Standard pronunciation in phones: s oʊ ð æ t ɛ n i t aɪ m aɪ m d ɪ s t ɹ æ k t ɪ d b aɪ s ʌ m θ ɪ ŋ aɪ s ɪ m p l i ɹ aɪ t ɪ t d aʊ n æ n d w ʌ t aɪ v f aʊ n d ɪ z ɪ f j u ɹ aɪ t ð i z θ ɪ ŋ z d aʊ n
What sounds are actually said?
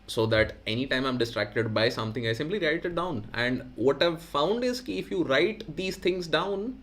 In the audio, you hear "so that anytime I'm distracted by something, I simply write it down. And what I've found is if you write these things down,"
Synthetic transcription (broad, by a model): s oʊ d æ t ɛ n i t aɪ m aɪ m d ɪ s t ɹ æ k t ɪ d b aɪ s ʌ m t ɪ ŋ aɪ s ɪ m p l i ɹ aɪ t ɪ t d aʊ n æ n d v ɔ t aɪ v f aʊ n d ɪ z ɪ f j u ɹ aɪ t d i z t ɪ ŋ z d aʊ n